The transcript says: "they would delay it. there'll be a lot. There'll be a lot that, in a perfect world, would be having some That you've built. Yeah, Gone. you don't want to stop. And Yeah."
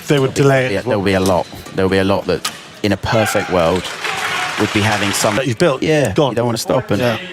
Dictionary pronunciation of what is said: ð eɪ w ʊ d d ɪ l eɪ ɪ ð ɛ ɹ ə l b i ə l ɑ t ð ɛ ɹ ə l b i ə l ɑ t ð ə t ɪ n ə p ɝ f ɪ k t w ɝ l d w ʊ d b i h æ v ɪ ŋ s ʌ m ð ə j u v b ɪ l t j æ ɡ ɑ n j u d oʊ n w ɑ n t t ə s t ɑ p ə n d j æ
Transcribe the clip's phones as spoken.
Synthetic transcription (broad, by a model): ð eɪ w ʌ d d ɪ l eɪ ɪ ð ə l b i ə l ɑ t ð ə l b i ə l ɑ t ð ə t ɪ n ə p ɝ f ɪ k t w ɝ l d w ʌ d b i h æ v ɪ ŋ s ʌ m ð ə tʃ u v b ɪ l t j æ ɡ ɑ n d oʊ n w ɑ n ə s t ɑ p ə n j